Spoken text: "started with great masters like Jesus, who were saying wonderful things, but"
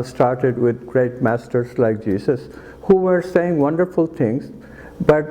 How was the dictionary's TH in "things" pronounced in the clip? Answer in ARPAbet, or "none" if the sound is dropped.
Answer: T